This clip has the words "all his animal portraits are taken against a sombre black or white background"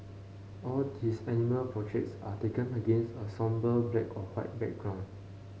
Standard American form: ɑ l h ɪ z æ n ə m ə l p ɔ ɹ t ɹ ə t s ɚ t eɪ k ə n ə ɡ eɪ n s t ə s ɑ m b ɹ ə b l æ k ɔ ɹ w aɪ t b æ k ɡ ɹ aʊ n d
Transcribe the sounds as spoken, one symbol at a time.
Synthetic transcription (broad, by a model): ɑ l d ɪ s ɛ n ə m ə l p ɹ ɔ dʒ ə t s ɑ t eɪ k ə n ə ɡ eɪ n s t ə s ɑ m b ə b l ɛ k ɔ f w aɪ t b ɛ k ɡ ɹ aʊ n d